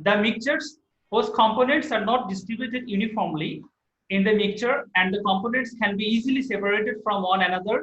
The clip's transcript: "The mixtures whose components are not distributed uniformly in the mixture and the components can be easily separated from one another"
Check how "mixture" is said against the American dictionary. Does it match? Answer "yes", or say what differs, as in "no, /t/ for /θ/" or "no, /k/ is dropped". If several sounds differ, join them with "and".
no, /s/ is dropped